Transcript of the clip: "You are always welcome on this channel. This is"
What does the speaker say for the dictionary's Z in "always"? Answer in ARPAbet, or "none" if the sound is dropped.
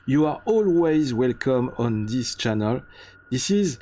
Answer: Z